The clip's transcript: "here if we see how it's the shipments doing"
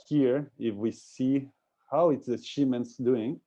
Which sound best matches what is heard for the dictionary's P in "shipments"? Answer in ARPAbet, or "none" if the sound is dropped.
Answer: none